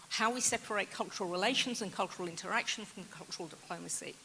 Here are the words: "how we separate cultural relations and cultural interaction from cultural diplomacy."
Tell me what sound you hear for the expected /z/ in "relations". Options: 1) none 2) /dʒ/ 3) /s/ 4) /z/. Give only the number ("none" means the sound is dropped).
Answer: 4